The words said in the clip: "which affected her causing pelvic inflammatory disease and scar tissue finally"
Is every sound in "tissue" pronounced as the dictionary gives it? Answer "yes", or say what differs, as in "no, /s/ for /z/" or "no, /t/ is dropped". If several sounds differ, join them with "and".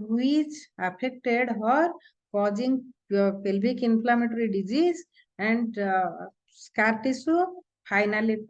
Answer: no, /s/ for /ʃ/